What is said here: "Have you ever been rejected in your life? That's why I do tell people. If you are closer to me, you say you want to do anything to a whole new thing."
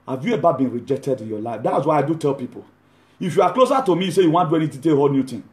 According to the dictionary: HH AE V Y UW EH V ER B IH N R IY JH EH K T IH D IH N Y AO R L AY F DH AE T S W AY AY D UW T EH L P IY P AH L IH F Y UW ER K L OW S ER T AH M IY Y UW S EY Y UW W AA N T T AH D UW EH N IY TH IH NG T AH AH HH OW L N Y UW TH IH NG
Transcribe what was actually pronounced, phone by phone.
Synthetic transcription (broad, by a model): HH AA V Y UW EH B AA B IH N R IY JH EH K T IH D IH N Y AO L AY F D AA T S W AY AY D UW T EH L P IY P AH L IH F Y UW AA K L OW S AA T AH M IY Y S EY Y UW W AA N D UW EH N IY T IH T AH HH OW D N Y UW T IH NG